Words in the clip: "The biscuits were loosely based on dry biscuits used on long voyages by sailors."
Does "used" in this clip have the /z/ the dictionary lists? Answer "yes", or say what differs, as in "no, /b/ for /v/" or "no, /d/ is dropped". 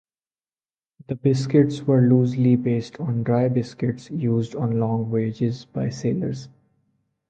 yes